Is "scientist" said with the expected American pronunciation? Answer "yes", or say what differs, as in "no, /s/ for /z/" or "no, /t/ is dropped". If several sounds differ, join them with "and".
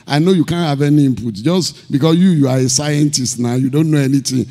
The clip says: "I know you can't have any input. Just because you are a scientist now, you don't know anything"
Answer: yes